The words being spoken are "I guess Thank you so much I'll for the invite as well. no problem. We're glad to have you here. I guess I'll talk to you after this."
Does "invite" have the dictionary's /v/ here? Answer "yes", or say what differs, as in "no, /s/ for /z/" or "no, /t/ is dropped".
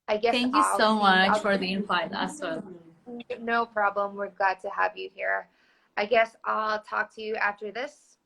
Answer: no, /f/ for /v/